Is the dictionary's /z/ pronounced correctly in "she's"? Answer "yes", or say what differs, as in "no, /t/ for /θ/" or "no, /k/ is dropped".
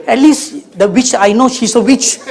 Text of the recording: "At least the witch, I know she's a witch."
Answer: no, /s/ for /z/